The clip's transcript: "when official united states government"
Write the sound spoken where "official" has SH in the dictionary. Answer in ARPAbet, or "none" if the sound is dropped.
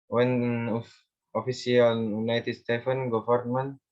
S